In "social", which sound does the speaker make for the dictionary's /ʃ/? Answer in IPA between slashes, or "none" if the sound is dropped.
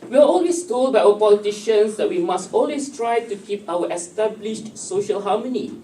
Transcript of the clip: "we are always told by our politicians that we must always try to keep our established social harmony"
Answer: /ʃ/